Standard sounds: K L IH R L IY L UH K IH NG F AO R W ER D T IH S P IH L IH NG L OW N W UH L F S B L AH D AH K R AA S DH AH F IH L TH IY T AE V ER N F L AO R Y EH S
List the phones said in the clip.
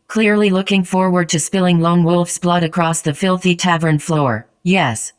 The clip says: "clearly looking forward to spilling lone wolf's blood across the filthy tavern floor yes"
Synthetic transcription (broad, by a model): K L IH R L IY L UH K IH NG F AO R W ER D T IH S P IH L IH NG L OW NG W UH L F S B L AH D AH K R AA S DH AH F IH L TH IY T AE V ER N F L AO R Y EH S